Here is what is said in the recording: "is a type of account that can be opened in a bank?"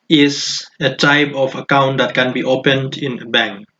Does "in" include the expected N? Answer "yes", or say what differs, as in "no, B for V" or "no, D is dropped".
yes